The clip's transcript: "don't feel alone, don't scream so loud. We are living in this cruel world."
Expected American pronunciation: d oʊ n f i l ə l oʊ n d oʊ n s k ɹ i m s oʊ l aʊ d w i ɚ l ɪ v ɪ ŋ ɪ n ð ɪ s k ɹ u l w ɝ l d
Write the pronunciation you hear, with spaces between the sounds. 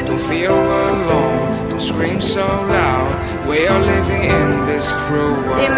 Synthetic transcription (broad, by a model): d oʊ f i w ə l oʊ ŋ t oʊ s k ɹ i m s oʊ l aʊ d w i ɚ l ɪ v ɪ ŋ ɪ n ð ɪ s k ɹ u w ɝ